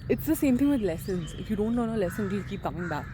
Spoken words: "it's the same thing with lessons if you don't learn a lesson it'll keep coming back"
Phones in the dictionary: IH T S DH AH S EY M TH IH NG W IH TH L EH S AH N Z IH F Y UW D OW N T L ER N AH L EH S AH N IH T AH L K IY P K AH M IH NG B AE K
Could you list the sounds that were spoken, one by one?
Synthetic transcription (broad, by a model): IH T S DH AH S EY M T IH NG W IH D L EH S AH N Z IH F Y UW D OW N T N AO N AH L EH S AH N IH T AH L K IY P K AH M IH NG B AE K